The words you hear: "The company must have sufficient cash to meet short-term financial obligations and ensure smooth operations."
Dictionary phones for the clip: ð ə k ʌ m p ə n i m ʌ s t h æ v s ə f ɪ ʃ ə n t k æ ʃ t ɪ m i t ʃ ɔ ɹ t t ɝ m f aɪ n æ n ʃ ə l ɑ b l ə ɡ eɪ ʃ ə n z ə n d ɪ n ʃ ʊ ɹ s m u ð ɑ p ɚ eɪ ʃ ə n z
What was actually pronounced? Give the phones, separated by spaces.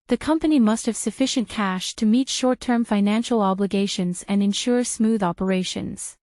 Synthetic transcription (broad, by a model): ð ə k ʌ m p ə n i m ʌ s t h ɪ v s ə f ɪ ʃ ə n k æ ʃ t ɪ m i t ʃ ɔ ɹ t t ɝ m f aɪ n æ n ʃ l ɑ b l ə ɡ eɪ ʃ ə n z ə n ɪ n ʃ ʊ ɹ s m u ð ɑ p ɚ eɪ ʃ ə n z